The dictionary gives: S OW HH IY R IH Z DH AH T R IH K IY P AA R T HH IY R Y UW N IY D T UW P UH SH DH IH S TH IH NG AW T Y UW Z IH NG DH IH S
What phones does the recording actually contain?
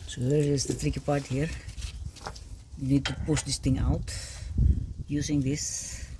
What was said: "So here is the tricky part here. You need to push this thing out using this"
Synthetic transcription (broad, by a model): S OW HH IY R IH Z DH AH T R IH K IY P AA R T HH IY R Y UW N IY D T UW P UH SH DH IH S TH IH NG AW T Y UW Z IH NG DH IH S